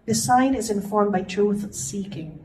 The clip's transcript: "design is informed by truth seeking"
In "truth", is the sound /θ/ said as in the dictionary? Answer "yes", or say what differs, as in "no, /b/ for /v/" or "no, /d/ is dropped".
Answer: yes